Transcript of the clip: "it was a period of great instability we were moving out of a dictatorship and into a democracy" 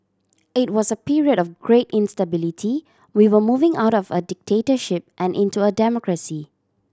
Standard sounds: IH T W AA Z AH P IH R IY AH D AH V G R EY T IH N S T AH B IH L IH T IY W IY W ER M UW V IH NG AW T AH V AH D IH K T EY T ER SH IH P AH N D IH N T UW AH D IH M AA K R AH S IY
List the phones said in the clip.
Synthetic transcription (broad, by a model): IH T W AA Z AH P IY R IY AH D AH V G R EY T IH N S T AH B IH L IH T IY W IY W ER M UW V IH NG AW T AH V AH D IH K T EY T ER SH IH P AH N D IH N T UW AH D IH M AA K R AH S IY